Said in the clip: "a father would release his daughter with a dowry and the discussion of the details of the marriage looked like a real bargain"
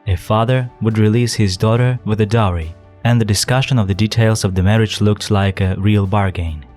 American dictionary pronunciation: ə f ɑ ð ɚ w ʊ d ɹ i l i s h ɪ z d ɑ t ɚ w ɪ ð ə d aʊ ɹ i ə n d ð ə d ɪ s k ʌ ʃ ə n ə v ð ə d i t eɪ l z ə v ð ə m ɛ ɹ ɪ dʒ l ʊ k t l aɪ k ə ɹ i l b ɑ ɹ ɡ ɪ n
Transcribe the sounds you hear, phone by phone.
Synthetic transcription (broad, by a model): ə f ɑ ð ɚ w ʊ d ɹ i l i s h ɪ z d ɑ t ɚ w ɪ ð ə d aʊ ɹ i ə n ð ə d ɪ s k ʌ ʃ ə n ə v ð ə d i t eɪ l z ə v ð ə m ɛ ɹ ɪ dʒ l ʊ k t l aɪ k ə ɹ i l b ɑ ɹ ɡ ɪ n